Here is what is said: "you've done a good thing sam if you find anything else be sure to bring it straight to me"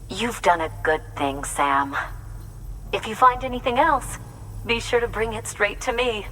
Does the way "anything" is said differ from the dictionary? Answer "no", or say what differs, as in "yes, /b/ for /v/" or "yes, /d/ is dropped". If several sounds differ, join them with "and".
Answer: no